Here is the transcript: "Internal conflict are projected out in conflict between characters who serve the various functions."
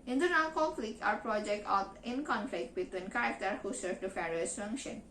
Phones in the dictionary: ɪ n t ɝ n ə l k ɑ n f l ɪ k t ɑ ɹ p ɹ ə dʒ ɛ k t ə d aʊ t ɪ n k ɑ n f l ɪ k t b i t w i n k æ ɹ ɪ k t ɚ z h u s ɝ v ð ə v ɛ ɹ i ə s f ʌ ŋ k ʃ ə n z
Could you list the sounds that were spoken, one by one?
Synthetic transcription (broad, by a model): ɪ n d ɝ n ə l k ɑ f l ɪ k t ɑ ɹ p ɹ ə dʒ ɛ k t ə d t ɪ n k ɑ n f l ɪ k t b i t w i n k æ ɹ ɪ k t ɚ h u s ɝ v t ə f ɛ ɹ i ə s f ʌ ŋ k ʃ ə n